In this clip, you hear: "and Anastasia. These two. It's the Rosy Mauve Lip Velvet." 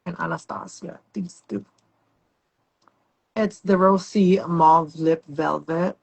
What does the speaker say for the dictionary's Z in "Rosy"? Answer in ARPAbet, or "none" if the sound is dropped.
S